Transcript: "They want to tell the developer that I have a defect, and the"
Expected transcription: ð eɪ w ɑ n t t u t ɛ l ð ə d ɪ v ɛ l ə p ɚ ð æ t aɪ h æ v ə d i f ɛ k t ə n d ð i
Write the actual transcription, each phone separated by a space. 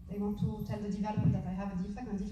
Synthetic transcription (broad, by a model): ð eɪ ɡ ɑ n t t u t ɛ l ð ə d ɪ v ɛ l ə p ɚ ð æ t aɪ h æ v ə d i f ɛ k ə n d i